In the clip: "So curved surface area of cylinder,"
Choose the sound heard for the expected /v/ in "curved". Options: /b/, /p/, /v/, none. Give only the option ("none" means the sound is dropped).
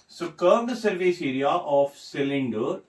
/b/